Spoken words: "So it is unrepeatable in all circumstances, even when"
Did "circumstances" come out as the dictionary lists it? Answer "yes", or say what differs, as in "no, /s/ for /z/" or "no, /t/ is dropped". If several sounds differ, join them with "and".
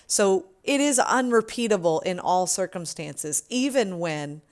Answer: yes